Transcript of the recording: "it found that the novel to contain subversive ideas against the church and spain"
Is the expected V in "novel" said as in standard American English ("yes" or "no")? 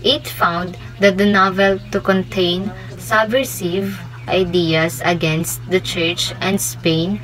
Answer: yes